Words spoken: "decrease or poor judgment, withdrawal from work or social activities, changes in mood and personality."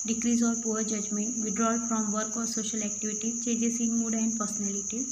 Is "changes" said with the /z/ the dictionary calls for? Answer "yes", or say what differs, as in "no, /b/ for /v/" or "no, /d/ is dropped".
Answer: no, /s/ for /z/